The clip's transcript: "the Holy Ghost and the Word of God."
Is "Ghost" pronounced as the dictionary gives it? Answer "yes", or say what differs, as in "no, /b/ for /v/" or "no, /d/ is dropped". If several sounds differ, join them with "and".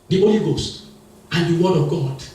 yes